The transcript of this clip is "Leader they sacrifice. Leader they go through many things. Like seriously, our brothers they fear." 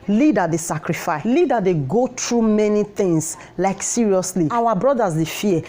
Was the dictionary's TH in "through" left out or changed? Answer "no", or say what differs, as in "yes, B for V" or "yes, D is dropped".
yes, T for TH